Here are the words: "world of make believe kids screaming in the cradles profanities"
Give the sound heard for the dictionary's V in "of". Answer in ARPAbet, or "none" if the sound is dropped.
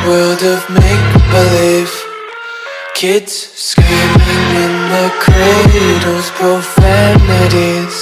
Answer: V